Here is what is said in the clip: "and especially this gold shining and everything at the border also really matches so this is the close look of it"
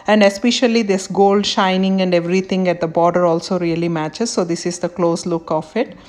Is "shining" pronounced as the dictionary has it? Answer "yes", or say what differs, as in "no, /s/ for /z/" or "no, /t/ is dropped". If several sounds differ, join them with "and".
yes